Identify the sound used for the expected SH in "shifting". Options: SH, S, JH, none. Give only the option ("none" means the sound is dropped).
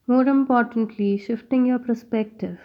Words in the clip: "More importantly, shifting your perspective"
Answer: SH